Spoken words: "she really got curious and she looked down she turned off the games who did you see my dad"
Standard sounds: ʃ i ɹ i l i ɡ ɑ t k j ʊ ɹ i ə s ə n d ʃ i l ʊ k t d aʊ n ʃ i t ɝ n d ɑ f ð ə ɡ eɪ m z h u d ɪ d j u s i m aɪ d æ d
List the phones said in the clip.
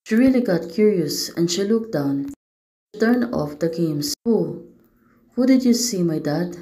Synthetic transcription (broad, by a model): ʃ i ɹ i l i ɡ ɑ t k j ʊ ɹ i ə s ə n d ʃ i l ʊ k d aʊ n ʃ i t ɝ n ɑ f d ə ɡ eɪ m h h u d ɪ d j u s i m aɪ d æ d